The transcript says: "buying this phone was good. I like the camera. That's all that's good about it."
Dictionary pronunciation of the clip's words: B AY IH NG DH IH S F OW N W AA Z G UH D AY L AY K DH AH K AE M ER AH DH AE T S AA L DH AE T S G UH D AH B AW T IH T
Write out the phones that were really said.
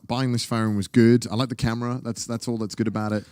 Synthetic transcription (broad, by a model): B AY IH NG DH IH S F OW N W AA Z G UH D AY L AY K DH AH K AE M ER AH DH AE T S AA L DH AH T S G UH D AH B AW T IH T